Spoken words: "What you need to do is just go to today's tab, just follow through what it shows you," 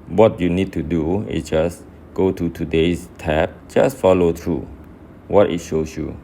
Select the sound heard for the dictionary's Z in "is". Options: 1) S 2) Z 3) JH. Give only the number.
1